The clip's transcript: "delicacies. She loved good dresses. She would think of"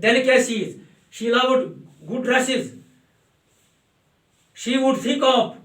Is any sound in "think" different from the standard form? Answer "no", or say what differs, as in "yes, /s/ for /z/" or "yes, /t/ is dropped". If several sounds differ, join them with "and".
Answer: yes, /f/ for /θ/